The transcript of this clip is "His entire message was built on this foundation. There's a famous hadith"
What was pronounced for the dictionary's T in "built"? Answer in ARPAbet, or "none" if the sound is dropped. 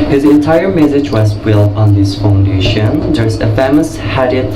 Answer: none